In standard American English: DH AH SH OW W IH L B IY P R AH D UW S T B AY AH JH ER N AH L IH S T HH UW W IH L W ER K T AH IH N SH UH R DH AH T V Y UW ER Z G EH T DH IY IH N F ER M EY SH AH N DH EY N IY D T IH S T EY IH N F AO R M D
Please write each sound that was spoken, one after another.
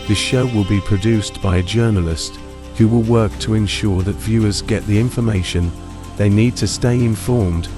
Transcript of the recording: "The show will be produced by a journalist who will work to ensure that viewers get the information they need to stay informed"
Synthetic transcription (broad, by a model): DH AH SH OW W IH L B IY P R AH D UW S B AY AH JH ER N AH L IH S T HH UW W IH L W ER K T AH IH N SH UH R DH AH T V Y UW ER Z G EH T DH IY IH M F ER M EY SH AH N DH EY N IY D T IH S T EY IH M F AO R M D